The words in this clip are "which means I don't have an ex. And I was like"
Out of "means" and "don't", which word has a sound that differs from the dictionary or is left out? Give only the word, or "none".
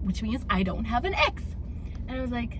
none